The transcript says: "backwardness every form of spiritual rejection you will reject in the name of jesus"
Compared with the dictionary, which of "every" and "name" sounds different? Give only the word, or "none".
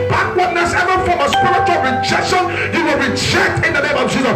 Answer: every